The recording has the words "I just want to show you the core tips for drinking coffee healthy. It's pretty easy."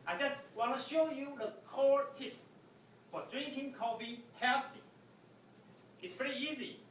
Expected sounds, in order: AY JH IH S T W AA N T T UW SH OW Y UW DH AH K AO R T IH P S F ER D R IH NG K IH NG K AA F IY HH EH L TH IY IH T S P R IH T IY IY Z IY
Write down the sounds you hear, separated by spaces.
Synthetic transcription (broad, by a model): AY JH IH S T W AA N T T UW SH OW Y UW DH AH K AO R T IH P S F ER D R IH NG K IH NG K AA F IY HH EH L T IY IH T S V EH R IY IY Z IY